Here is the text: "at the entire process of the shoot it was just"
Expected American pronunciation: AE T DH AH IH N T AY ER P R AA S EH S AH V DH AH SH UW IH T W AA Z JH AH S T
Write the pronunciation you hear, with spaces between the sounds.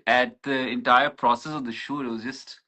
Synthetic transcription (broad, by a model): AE T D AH IH N T AY ER P R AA S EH S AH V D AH SH UW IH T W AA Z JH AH S T